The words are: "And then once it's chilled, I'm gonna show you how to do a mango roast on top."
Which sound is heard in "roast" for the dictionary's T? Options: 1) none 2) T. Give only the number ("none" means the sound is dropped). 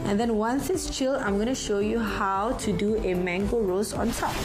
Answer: 1